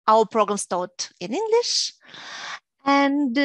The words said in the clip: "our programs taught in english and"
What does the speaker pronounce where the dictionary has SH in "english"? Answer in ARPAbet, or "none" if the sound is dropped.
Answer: SH